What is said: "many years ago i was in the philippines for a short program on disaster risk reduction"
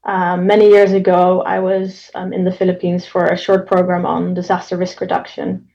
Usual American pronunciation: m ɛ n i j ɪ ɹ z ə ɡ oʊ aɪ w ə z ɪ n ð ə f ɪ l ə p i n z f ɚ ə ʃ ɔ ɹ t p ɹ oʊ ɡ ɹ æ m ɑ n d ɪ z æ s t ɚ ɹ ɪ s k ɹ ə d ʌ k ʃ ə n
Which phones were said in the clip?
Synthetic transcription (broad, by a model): m ɛ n i j ɪ ɹ z ə ɡ oʊ aɪ w ə z ɪ n ð ə f ɪ l ə p i n z f ɚ ə ʃ ɔ ɹ t p ɹ oʊ ɡ ɹ æ m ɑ n d ɪ z æ s t ɚ ɹ ɪ s k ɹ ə d ʌ k ʃ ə n